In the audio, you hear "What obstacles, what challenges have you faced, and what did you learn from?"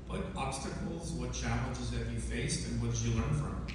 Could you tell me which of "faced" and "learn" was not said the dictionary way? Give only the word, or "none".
none